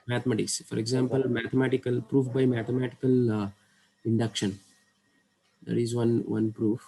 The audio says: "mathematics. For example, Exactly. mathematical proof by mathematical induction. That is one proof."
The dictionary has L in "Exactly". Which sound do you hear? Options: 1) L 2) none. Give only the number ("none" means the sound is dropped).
2